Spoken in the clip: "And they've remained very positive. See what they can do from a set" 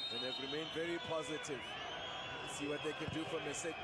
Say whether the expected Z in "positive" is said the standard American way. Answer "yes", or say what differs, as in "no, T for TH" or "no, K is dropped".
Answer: yes